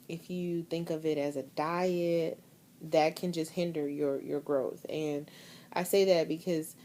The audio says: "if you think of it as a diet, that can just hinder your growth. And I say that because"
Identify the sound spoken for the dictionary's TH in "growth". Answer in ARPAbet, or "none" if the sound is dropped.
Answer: TH